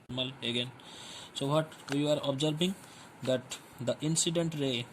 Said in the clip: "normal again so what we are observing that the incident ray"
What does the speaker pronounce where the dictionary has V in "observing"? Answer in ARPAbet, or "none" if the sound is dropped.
B